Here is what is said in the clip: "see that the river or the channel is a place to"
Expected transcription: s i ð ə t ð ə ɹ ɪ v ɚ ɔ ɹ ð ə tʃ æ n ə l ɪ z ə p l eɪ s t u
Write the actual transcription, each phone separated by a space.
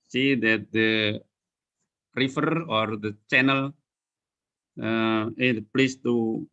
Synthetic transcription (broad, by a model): s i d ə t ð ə ɹ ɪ f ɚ ɔ ɹ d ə tʃ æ n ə l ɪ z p l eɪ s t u